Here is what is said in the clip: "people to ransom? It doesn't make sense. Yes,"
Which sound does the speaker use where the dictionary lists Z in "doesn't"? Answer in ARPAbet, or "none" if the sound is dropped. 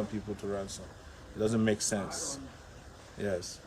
Z